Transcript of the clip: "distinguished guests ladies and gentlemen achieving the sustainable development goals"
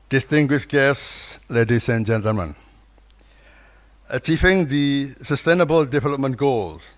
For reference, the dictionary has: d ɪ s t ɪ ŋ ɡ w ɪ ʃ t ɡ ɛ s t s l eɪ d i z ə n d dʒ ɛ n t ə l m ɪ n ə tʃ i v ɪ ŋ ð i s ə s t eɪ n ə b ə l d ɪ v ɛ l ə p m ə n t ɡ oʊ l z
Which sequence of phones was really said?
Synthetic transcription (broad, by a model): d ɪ s t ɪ ŋ ɡ w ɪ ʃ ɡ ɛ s s l eɪ d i s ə n dʒ ɛ n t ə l m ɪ n ə tʃ i v ɪ ŋ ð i s ə s t eɪ n ə b ə l d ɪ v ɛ l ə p m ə n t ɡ oʊ l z